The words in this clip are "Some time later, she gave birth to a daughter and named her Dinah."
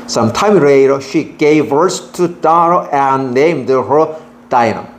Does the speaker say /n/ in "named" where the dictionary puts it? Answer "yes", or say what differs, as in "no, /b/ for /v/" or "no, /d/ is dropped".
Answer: yes